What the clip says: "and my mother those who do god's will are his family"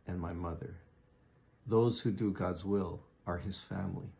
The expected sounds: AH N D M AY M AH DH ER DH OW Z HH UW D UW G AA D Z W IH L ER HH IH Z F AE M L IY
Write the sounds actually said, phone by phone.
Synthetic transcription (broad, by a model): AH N M AY M AH DH ER DH OW Z HH UW D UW G AA D Z W IH L ER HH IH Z F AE M L IY